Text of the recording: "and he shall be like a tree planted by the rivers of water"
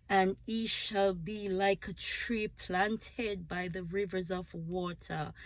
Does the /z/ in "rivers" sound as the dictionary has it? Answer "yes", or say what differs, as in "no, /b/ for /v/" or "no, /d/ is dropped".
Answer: yes